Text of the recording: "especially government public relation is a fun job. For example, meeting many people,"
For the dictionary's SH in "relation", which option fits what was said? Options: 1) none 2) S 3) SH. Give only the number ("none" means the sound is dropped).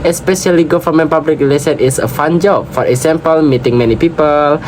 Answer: 2